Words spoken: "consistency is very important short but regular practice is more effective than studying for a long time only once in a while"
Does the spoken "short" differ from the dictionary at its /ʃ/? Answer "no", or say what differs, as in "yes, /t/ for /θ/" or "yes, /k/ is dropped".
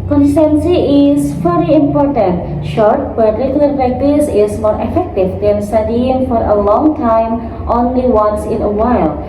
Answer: no